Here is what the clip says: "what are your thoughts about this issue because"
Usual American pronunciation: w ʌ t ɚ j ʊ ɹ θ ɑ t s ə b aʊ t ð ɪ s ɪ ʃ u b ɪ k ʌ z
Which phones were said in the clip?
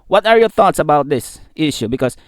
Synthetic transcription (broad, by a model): w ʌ t ɚ j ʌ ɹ θ ɑ t s ə b aʊ t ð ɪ s ɪ ʃ u b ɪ k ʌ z